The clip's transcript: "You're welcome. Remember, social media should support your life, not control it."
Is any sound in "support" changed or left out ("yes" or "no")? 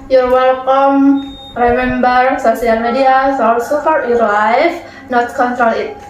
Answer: yes